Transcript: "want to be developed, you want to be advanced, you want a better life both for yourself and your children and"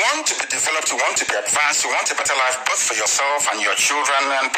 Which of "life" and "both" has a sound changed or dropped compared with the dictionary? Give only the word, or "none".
none